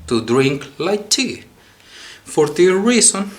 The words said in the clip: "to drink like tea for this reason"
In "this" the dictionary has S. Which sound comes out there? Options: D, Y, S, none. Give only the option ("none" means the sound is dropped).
none